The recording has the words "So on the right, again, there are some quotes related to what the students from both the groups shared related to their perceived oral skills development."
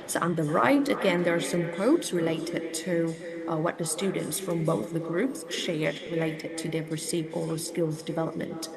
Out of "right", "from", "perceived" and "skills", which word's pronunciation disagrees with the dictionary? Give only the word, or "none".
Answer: perceived